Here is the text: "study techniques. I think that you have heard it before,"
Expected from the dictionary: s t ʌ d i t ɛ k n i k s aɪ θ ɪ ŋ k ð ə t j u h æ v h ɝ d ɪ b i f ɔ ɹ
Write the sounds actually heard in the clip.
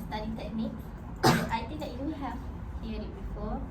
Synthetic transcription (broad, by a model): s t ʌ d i t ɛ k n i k aɪ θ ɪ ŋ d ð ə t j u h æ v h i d ɪ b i f ɔ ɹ